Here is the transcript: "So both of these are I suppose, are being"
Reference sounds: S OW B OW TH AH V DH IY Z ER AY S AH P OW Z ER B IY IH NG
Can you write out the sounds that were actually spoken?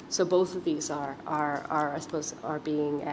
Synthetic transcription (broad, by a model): S OW B OW TH AH V DH IY Z ER AY S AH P OW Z ER B IY IH NG